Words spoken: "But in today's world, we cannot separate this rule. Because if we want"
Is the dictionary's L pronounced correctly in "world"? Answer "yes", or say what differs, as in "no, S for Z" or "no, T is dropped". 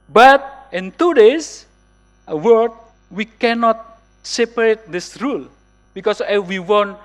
no, L is dropped